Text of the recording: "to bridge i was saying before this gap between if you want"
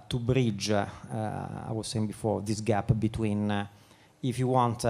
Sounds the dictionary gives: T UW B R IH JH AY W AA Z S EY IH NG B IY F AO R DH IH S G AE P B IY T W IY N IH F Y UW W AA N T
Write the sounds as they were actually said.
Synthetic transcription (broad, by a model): T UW B R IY JH AY W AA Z S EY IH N B IY F AO R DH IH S G AE P B IY T W IY N IH F Y UW W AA N T